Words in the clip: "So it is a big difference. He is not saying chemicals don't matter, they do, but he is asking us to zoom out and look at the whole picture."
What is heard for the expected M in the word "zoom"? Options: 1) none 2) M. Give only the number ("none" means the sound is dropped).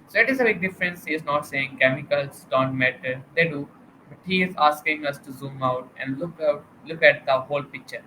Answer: 2